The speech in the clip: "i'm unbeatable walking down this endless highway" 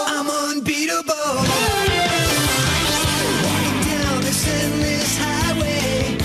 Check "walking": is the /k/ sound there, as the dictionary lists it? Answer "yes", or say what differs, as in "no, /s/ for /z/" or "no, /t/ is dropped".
no, /k/ is dropped